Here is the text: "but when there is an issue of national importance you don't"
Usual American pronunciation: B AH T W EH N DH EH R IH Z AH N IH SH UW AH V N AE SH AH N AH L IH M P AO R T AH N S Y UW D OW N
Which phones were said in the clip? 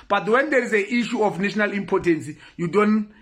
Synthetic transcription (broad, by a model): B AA T W EH N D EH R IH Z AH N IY SH UW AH F N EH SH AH N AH L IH M P AO T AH N S Y UW D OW N